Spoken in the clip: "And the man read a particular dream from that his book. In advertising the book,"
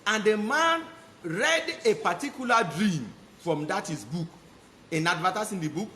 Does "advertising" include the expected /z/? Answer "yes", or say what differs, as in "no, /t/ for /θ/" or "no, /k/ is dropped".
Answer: no, /s/ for /z/